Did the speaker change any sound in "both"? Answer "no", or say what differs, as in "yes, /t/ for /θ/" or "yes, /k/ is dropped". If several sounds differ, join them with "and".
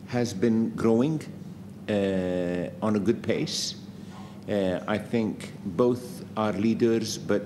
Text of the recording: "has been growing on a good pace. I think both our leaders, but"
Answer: no